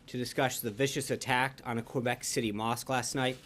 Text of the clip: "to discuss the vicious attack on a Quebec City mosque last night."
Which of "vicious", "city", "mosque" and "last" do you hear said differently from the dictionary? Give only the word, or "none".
none